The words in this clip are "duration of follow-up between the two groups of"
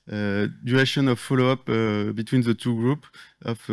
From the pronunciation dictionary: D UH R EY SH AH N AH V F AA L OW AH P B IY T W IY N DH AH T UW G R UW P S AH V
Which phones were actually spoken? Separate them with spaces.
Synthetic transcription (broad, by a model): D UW R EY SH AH N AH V F AA L OW AH P B IY T W IY N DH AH T UW G R UW P AH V